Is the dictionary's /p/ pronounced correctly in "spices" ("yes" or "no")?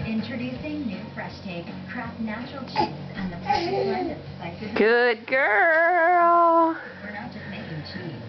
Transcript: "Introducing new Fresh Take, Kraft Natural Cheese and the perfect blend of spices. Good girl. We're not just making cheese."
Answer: no